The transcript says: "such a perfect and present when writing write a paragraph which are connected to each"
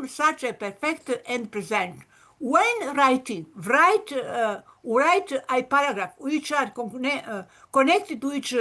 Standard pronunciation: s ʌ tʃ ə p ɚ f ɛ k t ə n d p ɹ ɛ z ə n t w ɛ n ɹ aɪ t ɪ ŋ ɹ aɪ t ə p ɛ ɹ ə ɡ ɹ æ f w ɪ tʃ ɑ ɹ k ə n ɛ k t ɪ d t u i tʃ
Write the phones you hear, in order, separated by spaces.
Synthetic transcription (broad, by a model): s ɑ tʃ ə p ɚ f ɛ k t ə n d p ɹ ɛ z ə n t w ɛ n ɹ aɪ t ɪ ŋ ɹ aɪ t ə p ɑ ɹ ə ɡ ɹ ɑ f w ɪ tʃ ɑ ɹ k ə n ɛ k t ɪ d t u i tʃ